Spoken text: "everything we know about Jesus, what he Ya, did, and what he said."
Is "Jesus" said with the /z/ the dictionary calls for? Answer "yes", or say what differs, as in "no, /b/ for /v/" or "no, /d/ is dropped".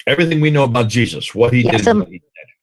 yes